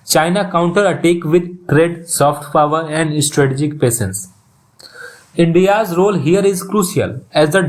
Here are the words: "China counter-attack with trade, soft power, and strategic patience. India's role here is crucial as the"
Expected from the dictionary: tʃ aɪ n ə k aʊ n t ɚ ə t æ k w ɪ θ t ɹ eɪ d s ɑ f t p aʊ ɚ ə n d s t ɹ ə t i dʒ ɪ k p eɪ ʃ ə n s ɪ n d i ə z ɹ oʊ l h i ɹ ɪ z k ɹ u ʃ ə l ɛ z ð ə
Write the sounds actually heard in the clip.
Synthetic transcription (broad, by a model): tʃ aɪ n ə k aʊ n t ɚ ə t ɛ k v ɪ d t ɹ eɪ d s ɑ f t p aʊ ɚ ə n d s t ɹ ə t i dʒ ɪ k p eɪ s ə n s ɪ n d i ə z ɹ oʊ l h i ɹ ɪ z k ɹ u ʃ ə l ɛ z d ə